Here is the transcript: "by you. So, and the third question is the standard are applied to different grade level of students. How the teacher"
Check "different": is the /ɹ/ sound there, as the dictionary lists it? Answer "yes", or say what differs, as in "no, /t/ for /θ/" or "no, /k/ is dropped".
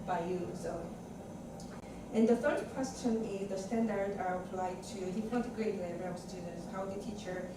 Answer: no, /ɹ/ is dropped